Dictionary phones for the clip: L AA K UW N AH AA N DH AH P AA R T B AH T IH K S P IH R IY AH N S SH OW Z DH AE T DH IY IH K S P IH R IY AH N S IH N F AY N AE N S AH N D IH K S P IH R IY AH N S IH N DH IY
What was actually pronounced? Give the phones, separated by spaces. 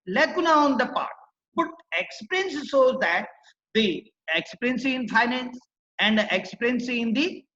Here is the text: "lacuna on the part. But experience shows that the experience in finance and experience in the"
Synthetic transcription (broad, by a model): L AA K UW N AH AA N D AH P AA R T B AH T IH K S P R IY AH N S S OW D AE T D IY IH K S P R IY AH N S IH N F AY N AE N S AH N D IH K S P R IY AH N S IH N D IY